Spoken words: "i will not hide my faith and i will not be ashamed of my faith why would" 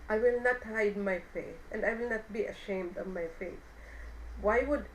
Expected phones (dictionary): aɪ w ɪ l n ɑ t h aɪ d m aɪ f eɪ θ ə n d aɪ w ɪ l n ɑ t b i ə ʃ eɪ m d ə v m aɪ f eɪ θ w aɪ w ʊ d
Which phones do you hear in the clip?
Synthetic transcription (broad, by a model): aɪ w ɪ l n ɑ t h aɪ d m aɪ f eɪ θ ə n d aɪ w ɪ l n ɑ t b i ə ʃ eɪ m d ə v m aɪ f eɪ θ w aɪ w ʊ d